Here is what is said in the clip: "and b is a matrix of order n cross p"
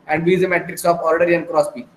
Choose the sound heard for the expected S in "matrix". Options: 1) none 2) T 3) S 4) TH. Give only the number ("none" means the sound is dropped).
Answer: 3